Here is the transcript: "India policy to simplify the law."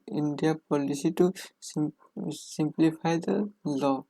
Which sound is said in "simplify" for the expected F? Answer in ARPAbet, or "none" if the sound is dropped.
P